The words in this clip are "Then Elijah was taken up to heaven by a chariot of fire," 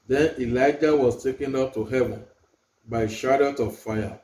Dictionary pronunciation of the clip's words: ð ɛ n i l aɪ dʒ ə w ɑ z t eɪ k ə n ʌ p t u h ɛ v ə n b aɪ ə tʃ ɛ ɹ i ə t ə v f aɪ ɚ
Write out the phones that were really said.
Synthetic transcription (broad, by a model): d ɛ n i l aɪ dʒ ə w ɑ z t eɪ k ə n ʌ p t u h ɛ v ə n b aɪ ə ʃ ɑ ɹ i t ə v f aɪ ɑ